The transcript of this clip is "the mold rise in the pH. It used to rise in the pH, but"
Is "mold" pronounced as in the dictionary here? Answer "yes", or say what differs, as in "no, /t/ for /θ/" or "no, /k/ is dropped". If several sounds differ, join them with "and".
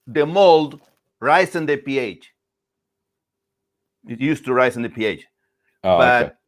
yes